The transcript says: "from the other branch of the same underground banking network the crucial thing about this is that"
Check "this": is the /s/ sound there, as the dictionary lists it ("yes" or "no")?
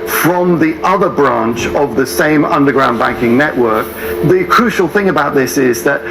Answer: yes